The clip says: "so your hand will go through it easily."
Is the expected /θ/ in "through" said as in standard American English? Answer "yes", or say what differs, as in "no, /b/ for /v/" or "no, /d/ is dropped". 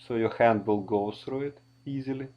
no, /s/ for /θ/